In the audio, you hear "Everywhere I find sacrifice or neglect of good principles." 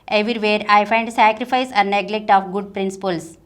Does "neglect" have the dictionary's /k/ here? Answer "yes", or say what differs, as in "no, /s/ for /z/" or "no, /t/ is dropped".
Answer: yes